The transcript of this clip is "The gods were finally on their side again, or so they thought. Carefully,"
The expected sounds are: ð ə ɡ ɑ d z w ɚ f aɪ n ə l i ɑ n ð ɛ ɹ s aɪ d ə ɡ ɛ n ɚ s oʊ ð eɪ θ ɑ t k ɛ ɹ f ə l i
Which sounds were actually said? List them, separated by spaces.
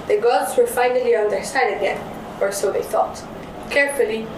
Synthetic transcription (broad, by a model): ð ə ɡ ɑ d z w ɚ f aɪ n ə l i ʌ n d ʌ ɹ s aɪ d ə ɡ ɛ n ɚ s oʊ ð eɪ θ ɑ t k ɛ ɹ f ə l i